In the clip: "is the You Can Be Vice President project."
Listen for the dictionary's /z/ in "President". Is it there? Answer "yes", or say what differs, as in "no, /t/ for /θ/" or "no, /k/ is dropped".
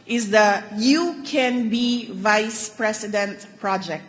no, /s/ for /z/